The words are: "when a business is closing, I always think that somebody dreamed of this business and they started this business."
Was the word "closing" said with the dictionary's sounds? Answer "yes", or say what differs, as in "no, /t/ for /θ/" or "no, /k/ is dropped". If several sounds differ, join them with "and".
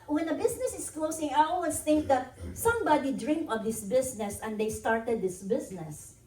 no, /s/ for /z/